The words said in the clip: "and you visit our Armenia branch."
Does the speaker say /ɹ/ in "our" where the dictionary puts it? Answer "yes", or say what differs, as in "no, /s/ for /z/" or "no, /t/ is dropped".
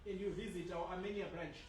no, /w/ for /ɹ/